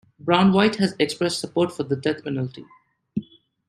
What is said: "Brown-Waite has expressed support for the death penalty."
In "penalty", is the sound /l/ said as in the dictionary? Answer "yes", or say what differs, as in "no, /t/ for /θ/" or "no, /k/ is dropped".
yes